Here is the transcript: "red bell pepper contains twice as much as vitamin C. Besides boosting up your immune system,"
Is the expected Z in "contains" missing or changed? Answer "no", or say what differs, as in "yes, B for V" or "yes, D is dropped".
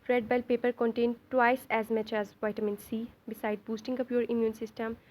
yes, Z is dropped